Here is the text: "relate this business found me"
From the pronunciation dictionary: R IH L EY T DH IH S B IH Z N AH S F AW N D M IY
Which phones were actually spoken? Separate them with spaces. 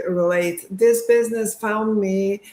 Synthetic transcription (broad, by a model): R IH L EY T DH IH S B IH Z N AH S F AW N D M IY